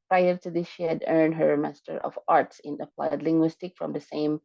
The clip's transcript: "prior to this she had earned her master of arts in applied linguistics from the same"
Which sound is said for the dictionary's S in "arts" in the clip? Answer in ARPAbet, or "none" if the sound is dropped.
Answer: S